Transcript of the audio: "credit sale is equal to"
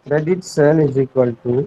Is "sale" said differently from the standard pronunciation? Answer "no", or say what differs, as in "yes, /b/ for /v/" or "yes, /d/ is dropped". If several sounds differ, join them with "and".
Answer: yes, /n/ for /l/